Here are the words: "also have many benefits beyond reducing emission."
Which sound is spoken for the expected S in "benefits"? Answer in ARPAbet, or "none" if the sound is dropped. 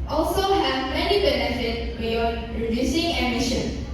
none